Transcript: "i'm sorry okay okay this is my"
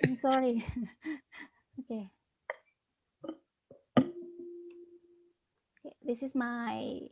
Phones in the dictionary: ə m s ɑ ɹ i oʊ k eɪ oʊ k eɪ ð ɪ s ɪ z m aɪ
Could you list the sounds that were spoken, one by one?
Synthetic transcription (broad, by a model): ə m s ɑ ɹ i oʊ k eɪ oʊ k eɪ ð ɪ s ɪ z m aɪ